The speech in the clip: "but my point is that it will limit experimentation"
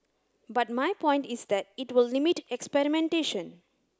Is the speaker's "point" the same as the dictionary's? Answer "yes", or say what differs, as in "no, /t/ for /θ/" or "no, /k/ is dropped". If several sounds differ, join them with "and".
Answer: yes